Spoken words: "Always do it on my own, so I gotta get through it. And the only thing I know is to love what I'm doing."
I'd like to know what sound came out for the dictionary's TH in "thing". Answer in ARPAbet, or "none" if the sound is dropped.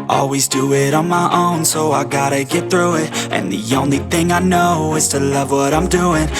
TH